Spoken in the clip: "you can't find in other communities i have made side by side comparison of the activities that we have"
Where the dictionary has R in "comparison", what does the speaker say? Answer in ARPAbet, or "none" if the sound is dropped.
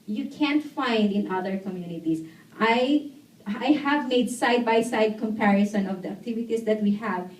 R